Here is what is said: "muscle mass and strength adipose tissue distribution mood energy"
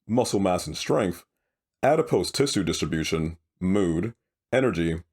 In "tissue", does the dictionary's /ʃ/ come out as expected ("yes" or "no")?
no